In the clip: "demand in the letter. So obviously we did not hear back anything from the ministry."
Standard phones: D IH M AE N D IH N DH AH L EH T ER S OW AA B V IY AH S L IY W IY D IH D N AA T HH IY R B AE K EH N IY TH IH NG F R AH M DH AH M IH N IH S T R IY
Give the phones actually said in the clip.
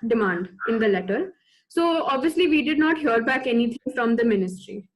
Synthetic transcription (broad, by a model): D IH M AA N D IH N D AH L EH T ER S OW AA B V IY AH S L IY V IY D IH D N AA T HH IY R B AE K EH N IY T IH NG F R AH M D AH M IH N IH S T R IY